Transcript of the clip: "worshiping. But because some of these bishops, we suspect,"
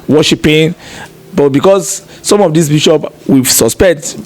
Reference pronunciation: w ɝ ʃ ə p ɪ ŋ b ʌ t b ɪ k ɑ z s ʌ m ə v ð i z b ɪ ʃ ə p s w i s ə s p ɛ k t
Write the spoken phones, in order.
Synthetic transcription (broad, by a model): w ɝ ʃ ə p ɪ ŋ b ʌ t b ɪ k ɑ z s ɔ m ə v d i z b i ʃ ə p w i s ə s p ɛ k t